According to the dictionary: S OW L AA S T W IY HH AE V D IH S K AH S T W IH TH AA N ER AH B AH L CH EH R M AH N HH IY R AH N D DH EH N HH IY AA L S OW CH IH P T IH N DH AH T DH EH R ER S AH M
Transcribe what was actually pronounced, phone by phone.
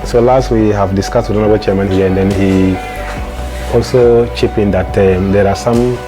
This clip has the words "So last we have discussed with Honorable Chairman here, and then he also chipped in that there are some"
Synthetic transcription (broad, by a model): S OW L AA S T W IY HH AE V D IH S K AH S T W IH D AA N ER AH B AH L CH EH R M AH N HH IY AH N D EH N HH IY AA L S OW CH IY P IH N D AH T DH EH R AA S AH M